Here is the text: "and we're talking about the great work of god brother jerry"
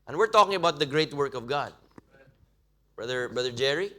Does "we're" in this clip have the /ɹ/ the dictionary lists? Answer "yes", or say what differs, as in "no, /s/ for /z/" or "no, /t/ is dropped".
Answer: yes